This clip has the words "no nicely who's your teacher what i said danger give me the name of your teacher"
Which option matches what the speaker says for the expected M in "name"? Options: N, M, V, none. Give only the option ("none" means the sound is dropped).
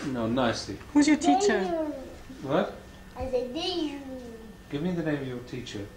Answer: none